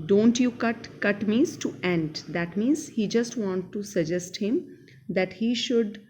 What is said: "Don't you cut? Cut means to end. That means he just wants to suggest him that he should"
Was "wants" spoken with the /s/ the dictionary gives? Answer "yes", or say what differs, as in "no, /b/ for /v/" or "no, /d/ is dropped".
no, /s/ is dropped